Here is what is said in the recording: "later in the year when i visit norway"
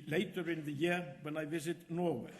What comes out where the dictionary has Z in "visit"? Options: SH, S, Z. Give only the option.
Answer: Z